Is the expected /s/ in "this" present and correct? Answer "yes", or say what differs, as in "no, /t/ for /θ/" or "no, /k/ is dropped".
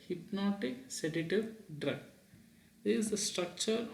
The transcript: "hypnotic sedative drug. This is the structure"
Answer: no, /s/ is dropped